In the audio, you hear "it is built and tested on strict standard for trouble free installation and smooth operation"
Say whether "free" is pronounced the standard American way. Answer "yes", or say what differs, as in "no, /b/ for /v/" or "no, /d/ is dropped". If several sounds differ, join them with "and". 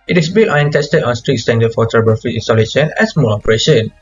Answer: no, /ɹ/ is dropped